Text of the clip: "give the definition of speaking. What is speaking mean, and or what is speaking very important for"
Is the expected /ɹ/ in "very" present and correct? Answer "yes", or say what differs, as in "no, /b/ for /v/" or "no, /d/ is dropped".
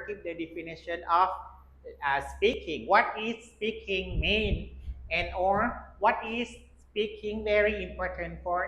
yes